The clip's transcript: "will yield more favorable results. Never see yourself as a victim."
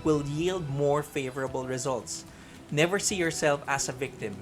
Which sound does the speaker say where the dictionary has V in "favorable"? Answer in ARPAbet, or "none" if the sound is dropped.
V